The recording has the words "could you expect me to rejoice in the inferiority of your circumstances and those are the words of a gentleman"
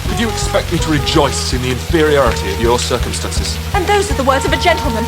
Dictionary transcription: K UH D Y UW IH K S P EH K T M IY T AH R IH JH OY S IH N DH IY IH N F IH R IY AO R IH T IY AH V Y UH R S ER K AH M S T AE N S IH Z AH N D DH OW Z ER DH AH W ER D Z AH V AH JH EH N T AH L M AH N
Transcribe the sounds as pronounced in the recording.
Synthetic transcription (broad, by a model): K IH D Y IH K S P EH K T M IY T AH R IH JH OY S IH N DH IY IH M F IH R IY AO R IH T IY AH V Y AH R S ER K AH M S T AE N S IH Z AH N DH OW Z ER DH AH W ER D Z AH V AH JH EH N T L M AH N